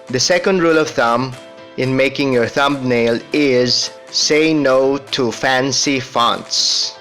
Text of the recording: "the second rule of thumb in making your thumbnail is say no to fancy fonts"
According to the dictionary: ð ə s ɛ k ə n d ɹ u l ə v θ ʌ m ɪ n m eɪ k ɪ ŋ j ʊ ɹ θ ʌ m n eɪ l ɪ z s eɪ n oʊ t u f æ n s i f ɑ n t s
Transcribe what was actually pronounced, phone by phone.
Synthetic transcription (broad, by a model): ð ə s ɛ k ə n d ɹ u l ə v θ ʌ m ɪ n m eɪ k ɪ ŋ j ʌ ɹ θ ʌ m n eɪ l ɪ z s eɪ n oʊ t u f æ n s i f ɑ n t s